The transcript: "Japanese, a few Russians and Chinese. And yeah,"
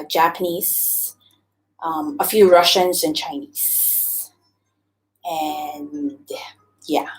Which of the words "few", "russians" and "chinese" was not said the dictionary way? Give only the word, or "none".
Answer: none